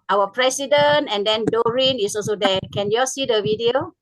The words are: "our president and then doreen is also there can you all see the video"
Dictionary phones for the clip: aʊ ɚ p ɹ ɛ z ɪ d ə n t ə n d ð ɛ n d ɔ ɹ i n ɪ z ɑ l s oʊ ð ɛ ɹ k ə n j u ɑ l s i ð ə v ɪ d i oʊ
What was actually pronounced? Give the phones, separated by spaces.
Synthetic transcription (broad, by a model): aʊ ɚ p ɹ ɛ s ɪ d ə n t ə n d ɛ n d ɔ ɹ i n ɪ s ɑ l s oʊ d ɛ k ə n j u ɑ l s i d ə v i d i oʊ